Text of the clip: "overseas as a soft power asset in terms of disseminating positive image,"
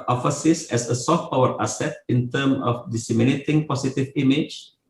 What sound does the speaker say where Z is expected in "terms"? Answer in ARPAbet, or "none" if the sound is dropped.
none